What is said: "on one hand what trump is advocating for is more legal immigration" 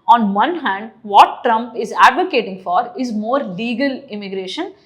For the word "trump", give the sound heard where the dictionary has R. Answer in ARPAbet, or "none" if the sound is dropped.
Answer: R